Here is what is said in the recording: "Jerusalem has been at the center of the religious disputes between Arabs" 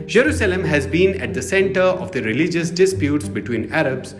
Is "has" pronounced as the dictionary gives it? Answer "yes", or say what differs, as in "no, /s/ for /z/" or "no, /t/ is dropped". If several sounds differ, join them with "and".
yes